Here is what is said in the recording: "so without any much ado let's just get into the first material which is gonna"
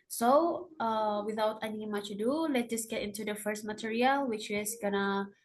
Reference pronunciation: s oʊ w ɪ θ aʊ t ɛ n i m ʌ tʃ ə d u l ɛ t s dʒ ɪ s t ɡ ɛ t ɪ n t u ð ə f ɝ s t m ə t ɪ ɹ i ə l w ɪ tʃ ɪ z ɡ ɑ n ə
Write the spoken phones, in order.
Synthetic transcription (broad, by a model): s oʊ w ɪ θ aʊ t ɛ n i m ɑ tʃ ə d u l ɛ t dʒ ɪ s ɡ ɛ t ɪ n t u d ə f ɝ s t m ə t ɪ ɹ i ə l w ɪ tʃ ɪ s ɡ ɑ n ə